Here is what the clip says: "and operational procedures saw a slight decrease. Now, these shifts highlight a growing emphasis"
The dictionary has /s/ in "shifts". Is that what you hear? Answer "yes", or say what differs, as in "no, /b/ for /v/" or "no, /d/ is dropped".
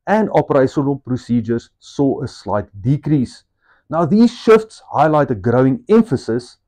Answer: yes